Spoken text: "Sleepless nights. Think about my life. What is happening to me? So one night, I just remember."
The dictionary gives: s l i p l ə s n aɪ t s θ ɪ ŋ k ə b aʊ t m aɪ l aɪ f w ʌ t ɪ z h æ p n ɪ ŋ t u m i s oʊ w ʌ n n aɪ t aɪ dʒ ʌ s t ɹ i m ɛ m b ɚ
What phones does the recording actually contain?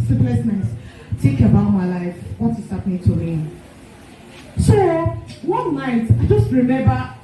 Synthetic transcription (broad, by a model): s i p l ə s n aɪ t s t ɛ k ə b aʊ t m aɪ l aɪ f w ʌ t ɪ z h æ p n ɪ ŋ t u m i s oʊ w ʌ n n aɪ t aɪ dʒ ʌ s t ɹ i m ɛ m b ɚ